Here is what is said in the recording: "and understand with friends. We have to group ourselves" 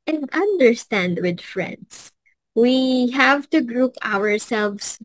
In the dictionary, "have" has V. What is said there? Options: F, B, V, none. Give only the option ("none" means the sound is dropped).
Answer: V